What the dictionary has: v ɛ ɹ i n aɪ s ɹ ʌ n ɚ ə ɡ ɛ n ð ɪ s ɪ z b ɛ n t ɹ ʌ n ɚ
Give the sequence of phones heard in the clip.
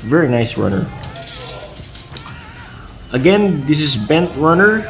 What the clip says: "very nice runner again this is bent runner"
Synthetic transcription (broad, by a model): v ɛ ɹ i n aɪ s ɹ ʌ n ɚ ə ɡ ɛ n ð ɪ s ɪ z b ɛ n t ɹ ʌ n ɚ